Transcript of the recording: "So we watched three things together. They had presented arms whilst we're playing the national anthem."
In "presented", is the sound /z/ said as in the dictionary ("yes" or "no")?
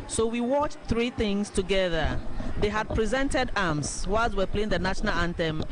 yes